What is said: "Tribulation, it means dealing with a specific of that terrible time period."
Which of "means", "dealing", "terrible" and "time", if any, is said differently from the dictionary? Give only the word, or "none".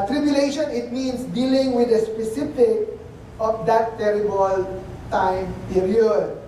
means